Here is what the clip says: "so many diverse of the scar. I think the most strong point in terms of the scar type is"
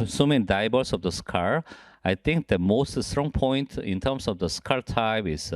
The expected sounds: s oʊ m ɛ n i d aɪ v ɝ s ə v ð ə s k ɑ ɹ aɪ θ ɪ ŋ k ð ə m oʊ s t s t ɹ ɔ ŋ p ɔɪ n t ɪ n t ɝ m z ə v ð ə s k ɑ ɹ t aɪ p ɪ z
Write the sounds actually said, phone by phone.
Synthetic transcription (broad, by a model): s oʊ m ɛ n i d aɪ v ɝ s ə v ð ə s k ɑ ɹ aɪ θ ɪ ŋ k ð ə m oʊ s t s t ɹ ɔ ŋ p ɔɪ n t ɪ n t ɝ m s ə v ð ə s k ɑ ɹ t aɪ b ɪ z